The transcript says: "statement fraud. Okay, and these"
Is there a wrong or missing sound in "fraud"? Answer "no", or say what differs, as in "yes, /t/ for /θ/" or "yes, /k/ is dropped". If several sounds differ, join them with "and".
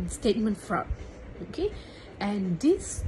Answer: yes, /d/ is dropped